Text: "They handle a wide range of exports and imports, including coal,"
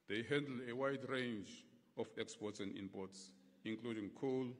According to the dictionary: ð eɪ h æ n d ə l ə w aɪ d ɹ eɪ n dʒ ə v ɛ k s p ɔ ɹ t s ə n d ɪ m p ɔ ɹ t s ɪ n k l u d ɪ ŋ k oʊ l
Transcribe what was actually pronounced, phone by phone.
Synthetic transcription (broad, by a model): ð eɪ h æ n d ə l ə w aɪ d ɹ eɪ n dʒ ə f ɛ k s p ɔ t s ə n d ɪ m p ɔ t s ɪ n k l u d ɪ ŋ k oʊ l